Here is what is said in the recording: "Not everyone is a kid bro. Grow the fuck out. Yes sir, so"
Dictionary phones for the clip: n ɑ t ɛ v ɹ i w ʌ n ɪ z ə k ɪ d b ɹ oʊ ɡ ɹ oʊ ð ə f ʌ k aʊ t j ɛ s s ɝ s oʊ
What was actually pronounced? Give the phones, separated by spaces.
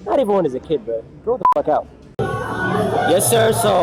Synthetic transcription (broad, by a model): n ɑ t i v i w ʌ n ɪ z ə k ɪ d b oʊ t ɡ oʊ ð ə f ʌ k aʊ t j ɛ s s ɝ s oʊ